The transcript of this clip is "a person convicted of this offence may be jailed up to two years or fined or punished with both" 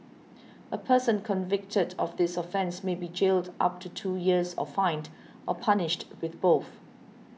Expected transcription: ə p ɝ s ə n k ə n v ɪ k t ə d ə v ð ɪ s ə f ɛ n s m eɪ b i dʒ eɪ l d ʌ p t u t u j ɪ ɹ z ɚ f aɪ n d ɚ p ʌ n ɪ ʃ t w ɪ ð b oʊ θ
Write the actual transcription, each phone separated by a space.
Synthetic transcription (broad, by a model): ə p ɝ s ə n k ə n v ɪ k t ə d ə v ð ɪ s ə f ɛ n s m eɪ b i dʒ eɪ l d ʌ p t u t u j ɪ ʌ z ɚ f aɪ n d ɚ p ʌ n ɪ ʃ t w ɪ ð b oʊ θ